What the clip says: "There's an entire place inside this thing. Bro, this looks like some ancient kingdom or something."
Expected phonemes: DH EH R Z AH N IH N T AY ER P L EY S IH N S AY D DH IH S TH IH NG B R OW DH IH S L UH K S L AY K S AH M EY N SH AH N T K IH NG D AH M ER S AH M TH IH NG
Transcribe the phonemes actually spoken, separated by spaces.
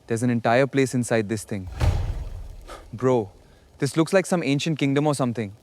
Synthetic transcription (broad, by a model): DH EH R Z AH N IH N T AY ER P L EY S IH N S AY D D IH S T IH NG B R OW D IH S L UH K S L AY K S AH M EY N SH AH N T K IH NG D AH M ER S AH M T IH NG